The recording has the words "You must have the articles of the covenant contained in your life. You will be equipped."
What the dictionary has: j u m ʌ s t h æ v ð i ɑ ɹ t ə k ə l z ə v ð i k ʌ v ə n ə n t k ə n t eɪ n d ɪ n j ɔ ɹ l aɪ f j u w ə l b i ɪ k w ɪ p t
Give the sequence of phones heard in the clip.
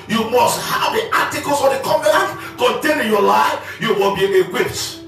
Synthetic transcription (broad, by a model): j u m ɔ s t h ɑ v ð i ɑ t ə k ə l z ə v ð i k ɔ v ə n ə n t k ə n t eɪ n ɪ n j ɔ l aɪ f j u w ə b i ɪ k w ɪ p t